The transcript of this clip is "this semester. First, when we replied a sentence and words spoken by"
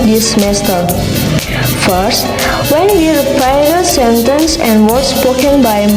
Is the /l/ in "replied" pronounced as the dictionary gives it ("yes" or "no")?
no